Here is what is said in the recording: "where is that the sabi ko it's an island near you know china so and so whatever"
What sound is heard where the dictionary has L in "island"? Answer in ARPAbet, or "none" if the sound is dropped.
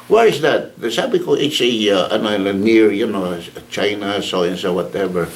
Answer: N